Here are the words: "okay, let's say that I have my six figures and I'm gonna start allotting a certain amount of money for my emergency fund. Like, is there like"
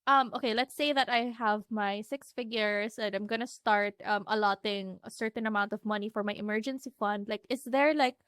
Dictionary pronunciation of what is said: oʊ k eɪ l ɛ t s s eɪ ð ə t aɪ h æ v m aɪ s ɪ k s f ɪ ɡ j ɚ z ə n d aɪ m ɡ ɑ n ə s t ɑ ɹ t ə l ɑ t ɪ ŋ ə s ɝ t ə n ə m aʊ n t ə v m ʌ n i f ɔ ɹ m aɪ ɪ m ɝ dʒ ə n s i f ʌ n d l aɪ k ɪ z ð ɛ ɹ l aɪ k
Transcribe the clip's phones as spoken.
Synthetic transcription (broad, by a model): oʊ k eɪ l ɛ t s s eɪ ð ə t aɪ h æ v m aɪ s ɪ k s f ɪ ɡ j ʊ s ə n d aɪ m ɡ ɑ n ə s t ɑ ɹ t ə l ɑ t ɪ ŋ ə s ɝ t ə n ə m aʊ n t ə v m ʌ n i f ɔ ɹ m aɪ ɪ m ɝ dʒ ə n s i f ʌ n d l aɪ k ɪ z ð ɛ ɹ l aɪ k